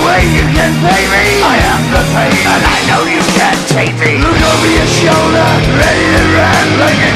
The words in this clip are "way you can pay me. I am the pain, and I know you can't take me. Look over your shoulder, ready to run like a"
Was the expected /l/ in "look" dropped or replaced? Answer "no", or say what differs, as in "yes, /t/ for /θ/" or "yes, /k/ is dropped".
no